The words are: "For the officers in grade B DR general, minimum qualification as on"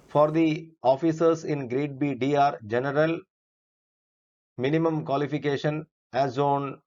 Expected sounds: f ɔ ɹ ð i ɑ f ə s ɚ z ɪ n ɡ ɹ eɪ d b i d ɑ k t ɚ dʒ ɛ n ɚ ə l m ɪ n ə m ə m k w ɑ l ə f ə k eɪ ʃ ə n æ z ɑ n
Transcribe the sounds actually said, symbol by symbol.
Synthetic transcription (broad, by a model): f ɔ ɹ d i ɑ f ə s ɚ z ɪ n ɡ ɹ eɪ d b i d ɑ t dʒ ɛ n ɚ ə l m ɪ n ə m ə m k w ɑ l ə f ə k eɪ ʃ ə n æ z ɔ n